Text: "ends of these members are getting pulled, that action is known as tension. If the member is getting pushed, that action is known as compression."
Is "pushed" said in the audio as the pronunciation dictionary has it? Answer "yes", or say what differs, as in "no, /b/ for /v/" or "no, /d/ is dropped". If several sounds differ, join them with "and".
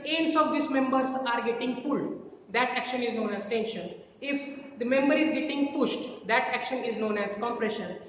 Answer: yes